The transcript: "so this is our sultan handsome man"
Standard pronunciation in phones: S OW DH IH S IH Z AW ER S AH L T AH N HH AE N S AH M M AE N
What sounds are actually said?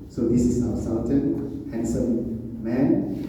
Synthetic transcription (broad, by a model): S OW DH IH S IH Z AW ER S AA N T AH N HH AE N S AH M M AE N